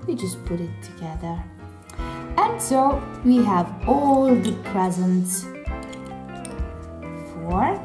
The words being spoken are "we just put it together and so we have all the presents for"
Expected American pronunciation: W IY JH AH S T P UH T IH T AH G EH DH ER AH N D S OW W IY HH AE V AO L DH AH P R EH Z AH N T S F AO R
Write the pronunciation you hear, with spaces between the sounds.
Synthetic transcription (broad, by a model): W IY JH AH S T P UH T IH T AH G EH DH ER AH N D S OW W IY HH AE V AO L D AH P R EH Z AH N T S F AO R